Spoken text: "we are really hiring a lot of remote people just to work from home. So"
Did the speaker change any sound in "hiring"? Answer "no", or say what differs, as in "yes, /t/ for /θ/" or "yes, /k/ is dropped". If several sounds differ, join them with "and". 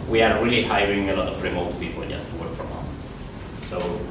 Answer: no